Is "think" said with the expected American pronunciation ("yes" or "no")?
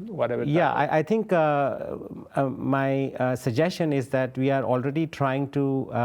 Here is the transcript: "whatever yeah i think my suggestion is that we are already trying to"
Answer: no